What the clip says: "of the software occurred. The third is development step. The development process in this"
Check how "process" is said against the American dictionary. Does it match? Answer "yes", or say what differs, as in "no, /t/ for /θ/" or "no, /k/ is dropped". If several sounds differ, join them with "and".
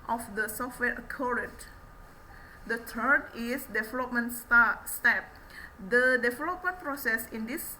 yes